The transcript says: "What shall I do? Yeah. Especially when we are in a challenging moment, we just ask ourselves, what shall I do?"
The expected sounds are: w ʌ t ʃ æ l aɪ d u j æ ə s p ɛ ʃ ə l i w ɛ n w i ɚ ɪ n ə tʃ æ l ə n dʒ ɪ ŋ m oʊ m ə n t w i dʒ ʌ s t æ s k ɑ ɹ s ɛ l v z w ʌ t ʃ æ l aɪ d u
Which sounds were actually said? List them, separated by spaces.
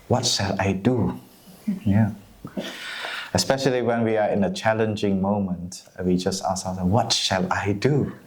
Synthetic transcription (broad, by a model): w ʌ t ʃ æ l aɪ d u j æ ə s p ɛ ʃ ə l i w ɛ n w i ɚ ɪ n ə tʃ æ l ə n dʒ ɪ ŋ m oʊ m ə n t w i dʒ ʌ s t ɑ s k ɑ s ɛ w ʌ t ʃ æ l aɪ d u